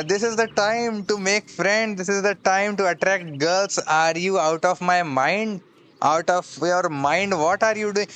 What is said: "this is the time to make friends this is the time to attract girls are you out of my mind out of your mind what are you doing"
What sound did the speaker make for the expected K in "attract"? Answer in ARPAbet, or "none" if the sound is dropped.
K